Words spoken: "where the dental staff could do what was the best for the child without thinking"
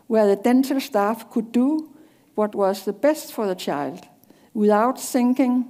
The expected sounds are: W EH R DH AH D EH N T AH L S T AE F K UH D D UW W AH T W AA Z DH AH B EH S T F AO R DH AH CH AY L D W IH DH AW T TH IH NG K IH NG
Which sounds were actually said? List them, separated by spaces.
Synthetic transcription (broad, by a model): W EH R DH AH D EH N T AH L S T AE F K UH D D UW W AH T W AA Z DH AH B EH S T F AO R DH AH CH AY L D W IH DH AW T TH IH NG K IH NG